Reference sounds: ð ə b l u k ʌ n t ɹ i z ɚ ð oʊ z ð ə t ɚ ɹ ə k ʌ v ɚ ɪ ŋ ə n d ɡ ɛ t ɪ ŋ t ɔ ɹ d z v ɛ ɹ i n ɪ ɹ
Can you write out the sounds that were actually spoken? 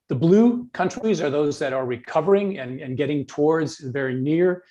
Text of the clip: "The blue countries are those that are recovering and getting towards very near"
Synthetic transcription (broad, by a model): ð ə b l u k ʌ n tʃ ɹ i z ɚ ð oʊ z ð ə t ɚ ɹ ə k ʌ v ɚ ɪ ŋ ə n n ɡ ɛ t ɪ ŋ t ɔ ɹ d z v ɛ ɹ i n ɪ ɹ